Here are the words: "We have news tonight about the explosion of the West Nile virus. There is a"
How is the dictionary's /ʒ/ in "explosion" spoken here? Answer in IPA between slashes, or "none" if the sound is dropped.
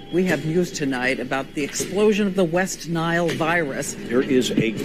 /ʒ/